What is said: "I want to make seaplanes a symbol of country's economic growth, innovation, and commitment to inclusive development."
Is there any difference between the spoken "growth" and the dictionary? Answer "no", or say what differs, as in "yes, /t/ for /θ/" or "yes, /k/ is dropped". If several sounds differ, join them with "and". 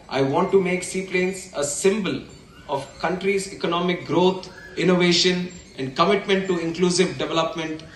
yes, /t/ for /θ/